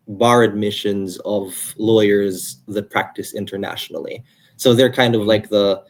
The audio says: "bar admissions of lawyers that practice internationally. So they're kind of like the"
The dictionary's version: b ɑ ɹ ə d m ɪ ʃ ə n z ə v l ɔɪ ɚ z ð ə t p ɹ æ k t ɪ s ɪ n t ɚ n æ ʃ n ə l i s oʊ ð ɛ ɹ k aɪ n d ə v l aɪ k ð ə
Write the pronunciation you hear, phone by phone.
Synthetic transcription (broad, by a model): b ɑ ɹ ə d m ɪ ʃ ə n z ə v l ɔɪ ɚ z ð ə t p ɹ æ k t ɪ s ɪ n t ɚ n æ ʃ n l i s oʊ ð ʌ ɹ k aɪ n d ə v l aɪ k ð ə